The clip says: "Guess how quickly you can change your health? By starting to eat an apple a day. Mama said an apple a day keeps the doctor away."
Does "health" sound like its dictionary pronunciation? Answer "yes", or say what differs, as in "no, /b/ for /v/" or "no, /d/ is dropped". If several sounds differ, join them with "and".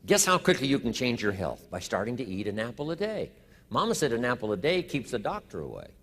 yes